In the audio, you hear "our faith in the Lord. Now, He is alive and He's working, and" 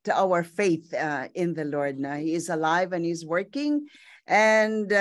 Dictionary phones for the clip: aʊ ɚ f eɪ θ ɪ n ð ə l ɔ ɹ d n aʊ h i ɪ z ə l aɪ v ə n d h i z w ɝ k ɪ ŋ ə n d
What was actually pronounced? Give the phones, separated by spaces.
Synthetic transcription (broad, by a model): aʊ ɚ f eɪ θ ɪ n ð ə l ɔ ɹ d n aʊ h i ɪ z ə l aɪ v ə n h i z w ɝ k ɪ ŋ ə n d